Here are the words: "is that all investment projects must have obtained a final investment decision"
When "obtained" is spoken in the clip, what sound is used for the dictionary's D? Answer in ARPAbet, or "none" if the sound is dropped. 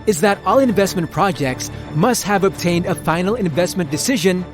D